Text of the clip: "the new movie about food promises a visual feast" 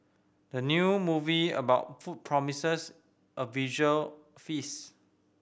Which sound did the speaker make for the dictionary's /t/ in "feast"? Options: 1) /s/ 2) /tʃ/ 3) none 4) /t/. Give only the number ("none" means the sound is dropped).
3